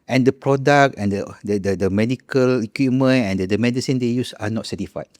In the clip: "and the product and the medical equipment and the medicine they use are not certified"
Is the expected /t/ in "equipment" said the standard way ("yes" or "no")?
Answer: no